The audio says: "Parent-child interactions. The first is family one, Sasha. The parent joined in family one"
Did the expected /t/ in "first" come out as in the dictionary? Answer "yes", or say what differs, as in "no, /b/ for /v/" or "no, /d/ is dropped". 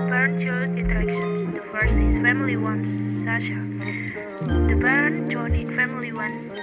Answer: no, /t/ is dropped